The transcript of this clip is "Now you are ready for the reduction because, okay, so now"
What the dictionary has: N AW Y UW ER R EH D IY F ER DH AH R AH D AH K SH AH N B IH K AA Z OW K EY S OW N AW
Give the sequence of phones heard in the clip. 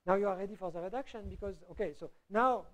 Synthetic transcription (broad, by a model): N AW Y UW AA R EH D IY F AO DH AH R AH D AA K SH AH N B IH K AA Z OW K EY S OW N AW